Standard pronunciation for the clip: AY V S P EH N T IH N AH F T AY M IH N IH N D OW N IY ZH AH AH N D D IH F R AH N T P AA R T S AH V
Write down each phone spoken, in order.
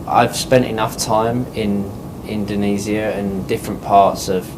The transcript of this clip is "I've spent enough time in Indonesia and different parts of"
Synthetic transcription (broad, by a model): AY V S P EH N T IH N AH F T AY M IH N IH N D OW N IY Z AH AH N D D IH F R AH N P AA T S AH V